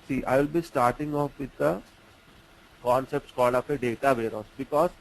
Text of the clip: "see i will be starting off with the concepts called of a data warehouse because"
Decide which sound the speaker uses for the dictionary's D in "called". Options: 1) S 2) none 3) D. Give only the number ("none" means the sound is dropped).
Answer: 3